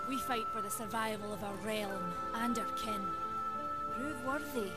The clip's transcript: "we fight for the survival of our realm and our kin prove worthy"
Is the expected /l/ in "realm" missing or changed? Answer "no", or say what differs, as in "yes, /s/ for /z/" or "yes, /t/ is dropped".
no